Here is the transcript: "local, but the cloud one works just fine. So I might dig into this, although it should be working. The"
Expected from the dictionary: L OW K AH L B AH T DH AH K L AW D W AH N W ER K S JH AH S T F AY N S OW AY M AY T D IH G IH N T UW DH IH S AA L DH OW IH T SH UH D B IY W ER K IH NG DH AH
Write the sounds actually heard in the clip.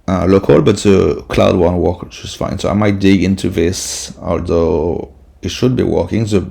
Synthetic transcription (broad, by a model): L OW K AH L B AH T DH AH K L AW D W AH N W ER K JH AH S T F AY N S OW AY M AY T D IH G IH N T UW DH IH S AA L DH OW IH T SH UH D B IY W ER K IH NG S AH